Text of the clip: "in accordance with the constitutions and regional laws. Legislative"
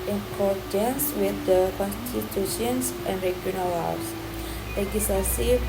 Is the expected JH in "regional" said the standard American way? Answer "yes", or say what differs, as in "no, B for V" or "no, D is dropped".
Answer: no, JH is dropped